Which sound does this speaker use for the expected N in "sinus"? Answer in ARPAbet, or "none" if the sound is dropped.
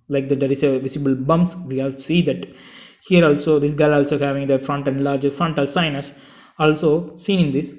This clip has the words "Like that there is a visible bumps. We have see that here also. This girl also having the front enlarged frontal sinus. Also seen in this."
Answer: N